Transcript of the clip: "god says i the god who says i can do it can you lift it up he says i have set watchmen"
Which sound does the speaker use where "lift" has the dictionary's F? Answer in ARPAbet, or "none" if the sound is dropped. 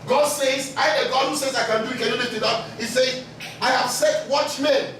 none